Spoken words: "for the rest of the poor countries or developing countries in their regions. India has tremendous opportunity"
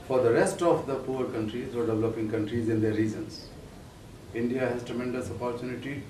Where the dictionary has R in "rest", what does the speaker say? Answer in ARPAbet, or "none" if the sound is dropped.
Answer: R